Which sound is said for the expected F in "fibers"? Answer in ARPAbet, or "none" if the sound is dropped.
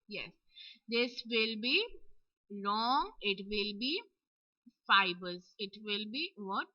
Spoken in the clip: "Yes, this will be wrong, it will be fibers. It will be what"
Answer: F